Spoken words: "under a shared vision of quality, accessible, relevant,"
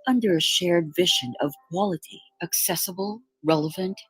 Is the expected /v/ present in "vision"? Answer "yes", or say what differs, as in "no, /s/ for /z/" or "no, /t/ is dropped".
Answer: yes